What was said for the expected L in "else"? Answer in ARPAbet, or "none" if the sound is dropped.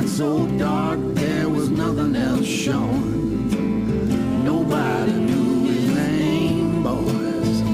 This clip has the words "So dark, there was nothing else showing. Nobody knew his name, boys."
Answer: L